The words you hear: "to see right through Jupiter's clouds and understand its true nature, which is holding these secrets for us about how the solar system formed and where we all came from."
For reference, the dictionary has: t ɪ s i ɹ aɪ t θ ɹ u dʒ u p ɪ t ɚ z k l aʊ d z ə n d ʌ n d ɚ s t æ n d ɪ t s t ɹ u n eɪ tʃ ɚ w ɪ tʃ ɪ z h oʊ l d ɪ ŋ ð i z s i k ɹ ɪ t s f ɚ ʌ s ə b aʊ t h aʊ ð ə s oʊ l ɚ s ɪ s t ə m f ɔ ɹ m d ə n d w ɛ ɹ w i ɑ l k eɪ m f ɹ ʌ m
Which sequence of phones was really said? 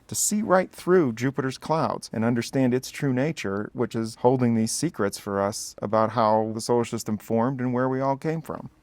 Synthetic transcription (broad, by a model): t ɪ s i ɹ aɪ t θ ɹ u dʒ u p ɪ t ɚ z k l aʊ d z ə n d ʌ n d ɚ s t æ n d ɪ t s t ɹ u n eɪ tʃ ɚ w ɪ tʃ ɪ z h oʊ l d ɪ ŋ ð i z s i k ɹ ɪ t s f ɚ ʌ s ə b aʊ t h aʊ ð ə s oʊ ʊ ʃ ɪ s t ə m f ɔ ɹ m d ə n w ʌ ɹ w i ɑ l k eɪ m f ɹ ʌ m